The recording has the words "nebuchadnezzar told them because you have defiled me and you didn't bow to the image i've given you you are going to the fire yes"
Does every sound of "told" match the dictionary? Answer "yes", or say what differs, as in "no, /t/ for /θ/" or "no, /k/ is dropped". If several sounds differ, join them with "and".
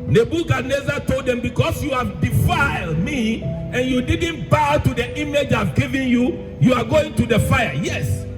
yes